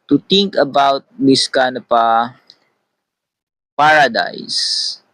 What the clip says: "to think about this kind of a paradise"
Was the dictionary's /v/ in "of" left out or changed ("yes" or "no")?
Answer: yes